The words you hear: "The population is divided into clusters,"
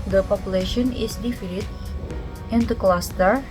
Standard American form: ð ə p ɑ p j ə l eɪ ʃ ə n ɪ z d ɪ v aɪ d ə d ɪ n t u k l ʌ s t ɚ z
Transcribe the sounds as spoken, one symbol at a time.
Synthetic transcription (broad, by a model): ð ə p ɑ p j ə l eɪ ʃ ə n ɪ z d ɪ f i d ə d ɪ n t u k l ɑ s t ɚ